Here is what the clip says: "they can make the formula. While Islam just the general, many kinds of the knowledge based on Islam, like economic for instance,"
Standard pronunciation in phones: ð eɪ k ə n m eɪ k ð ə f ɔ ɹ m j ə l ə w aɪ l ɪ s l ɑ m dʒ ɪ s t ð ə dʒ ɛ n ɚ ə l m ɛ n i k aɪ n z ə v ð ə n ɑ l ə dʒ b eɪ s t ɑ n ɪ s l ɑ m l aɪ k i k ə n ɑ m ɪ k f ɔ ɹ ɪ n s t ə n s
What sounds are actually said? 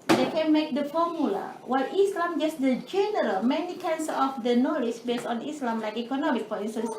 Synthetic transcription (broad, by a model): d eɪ k ə n m eɪ k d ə f ɔ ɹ m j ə l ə w aɪ l ɪ s l ɑ m dʒ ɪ s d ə dʒ ɛ n ɚ ə l m ɛ n i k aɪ n s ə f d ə n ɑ l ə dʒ b eɪ s t ɑ n ɪ s l ɑ m l aɪ k i k ə n ɑ m ɪ k p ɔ l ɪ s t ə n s